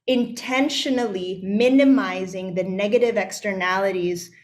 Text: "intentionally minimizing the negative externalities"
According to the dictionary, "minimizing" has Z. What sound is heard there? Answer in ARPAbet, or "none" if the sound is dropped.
Z